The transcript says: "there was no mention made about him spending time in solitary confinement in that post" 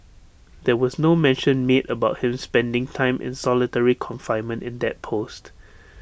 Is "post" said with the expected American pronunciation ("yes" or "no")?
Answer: yes